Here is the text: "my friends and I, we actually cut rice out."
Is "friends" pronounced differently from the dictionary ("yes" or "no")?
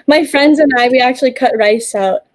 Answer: no